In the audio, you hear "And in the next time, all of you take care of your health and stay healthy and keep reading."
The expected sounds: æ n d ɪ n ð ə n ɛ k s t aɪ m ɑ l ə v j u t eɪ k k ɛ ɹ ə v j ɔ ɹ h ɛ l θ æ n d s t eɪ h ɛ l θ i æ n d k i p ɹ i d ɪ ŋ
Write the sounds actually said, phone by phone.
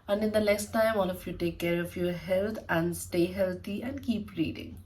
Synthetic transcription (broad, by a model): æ n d ɪ n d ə n ɛ k s t aɪ m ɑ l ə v j u t eɪ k k ɛ ɹ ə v j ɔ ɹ h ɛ l t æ n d s t eɪ h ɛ l t i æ n d k i p ɹ i d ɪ ŋ